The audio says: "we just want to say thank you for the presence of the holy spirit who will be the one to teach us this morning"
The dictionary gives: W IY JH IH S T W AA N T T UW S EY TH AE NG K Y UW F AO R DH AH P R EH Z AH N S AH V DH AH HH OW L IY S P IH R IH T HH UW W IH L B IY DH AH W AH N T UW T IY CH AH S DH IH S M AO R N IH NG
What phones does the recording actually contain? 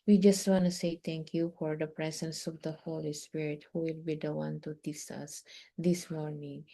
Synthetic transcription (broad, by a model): W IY JH IH S T W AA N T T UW S EY T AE NG K Y UW F AO R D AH P R EH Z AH N S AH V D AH HH OW L IY S P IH R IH T HH UW W IH L B IY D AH W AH N T UW T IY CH AH S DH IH S M AO R N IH NG